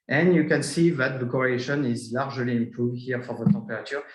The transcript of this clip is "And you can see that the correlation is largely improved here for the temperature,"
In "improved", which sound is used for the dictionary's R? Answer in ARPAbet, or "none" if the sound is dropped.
none